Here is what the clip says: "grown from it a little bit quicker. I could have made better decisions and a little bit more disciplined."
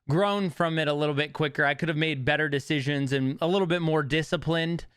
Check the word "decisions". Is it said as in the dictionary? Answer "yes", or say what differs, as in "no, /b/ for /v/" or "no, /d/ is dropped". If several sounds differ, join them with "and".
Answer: yes